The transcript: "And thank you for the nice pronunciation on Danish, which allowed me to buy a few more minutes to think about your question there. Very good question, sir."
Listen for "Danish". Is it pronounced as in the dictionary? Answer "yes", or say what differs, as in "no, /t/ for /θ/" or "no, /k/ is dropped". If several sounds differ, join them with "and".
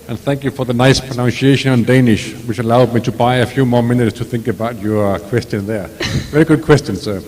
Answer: yes